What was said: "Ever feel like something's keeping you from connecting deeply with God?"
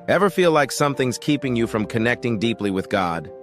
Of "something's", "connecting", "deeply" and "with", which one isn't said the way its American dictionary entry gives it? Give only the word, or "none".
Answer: none